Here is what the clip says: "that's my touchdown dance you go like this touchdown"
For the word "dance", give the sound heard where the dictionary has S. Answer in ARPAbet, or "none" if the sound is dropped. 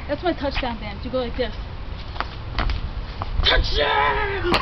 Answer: none